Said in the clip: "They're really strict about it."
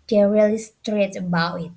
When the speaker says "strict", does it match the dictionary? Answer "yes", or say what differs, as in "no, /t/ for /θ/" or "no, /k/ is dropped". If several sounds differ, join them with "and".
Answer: no, /k/ is dropped